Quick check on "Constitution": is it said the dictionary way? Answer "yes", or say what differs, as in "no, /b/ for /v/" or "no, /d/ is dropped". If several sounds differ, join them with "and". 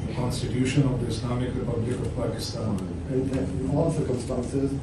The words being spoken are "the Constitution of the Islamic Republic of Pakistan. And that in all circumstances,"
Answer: yes